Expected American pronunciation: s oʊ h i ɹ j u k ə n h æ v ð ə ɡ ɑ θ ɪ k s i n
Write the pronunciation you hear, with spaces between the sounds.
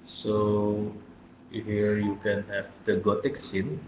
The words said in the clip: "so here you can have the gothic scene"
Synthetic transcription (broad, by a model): s oʊ h i ɹ j u k ə n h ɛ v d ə ɡ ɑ t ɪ k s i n